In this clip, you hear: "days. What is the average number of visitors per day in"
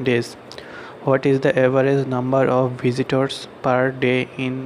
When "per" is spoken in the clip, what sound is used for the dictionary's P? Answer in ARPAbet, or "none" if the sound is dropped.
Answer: P